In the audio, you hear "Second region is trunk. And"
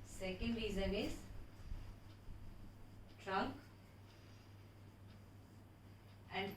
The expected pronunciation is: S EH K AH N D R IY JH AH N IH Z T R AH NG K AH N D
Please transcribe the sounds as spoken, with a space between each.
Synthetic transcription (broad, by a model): S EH K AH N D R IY Z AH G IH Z T R AH NG K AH N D